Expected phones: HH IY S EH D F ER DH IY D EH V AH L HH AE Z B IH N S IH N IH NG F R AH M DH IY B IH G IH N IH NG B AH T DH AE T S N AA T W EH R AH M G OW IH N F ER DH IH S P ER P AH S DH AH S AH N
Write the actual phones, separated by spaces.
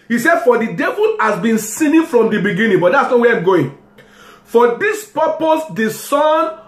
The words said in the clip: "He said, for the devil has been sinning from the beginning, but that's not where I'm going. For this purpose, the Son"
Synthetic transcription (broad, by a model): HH IY S EH D F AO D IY D EH V AH L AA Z B IH N S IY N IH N F R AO M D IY B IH G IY N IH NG B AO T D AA T S N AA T W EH AH M G OW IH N F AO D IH S P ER P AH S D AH S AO N